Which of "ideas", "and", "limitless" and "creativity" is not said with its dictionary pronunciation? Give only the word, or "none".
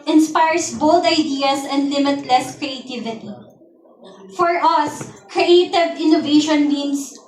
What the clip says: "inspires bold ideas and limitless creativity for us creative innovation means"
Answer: ideas